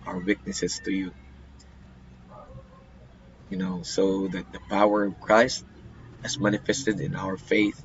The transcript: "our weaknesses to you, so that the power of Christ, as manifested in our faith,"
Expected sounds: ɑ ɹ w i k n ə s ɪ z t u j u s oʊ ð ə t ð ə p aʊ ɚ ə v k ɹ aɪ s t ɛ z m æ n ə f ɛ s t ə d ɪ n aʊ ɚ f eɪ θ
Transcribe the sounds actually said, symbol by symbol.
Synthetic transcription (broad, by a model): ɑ ɹ w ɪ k n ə s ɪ s t u j u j oʊ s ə t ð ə p aʊ ɚ ə v k ɹ aɪ s t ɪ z m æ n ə f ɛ s t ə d ɪ n aʊ ɚ f eɪ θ